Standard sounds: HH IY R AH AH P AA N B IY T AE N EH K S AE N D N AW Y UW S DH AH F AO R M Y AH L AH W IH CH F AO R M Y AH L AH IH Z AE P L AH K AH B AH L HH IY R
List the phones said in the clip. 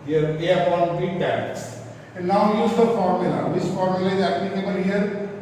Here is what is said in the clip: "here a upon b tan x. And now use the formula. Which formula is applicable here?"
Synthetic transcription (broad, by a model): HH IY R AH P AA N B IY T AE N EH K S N N AW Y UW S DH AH F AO R M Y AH L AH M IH S F AO R M Y AH L AH IH Z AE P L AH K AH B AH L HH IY R